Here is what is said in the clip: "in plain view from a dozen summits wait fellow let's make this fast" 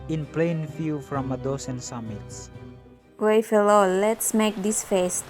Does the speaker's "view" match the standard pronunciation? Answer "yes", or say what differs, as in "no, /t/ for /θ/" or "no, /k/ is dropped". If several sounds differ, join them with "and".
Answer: no, /f/ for /v/